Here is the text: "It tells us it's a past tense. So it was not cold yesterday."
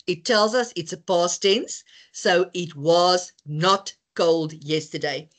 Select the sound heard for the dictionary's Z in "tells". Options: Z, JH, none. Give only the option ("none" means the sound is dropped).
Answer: Z